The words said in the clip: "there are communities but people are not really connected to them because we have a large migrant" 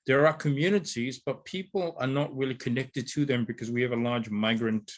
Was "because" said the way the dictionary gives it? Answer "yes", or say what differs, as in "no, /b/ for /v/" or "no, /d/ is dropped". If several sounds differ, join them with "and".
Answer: yes